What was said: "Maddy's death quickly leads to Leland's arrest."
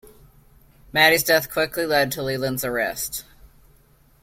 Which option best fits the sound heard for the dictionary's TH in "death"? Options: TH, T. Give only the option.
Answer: TH